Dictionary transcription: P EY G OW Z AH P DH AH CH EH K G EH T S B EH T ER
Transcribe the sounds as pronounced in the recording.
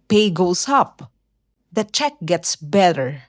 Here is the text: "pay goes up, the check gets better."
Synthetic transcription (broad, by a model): P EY G OW S AH P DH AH CH EH K G EH T S B EH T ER